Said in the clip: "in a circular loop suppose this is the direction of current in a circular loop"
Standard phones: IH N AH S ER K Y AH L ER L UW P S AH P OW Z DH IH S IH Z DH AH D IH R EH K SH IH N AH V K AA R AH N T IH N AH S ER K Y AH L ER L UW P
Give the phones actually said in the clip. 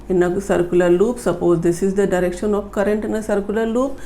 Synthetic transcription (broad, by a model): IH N AH S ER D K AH L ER L UW P S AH P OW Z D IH S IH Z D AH D IH R EH K SH IH N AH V K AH R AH N T IH N AH S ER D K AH L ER L UW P